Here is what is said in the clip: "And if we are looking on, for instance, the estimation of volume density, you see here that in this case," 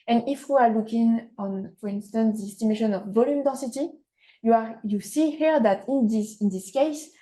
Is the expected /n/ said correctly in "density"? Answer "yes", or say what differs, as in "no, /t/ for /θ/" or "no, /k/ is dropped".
no, /n/ is dropped